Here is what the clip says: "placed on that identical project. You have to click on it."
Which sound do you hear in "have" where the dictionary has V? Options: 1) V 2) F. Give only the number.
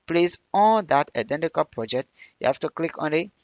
2